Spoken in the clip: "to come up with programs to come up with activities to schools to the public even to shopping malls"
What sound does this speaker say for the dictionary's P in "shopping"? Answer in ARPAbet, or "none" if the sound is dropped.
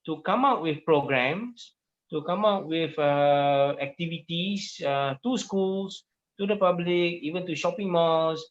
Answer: P